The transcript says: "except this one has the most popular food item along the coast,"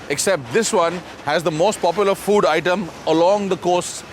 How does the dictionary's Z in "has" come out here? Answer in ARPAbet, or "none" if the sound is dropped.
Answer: Z